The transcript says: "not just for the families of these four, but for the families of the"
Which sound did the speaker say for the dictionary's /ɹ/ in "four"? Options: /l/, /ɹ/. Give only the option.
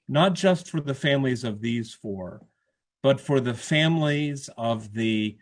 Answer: /ɹ/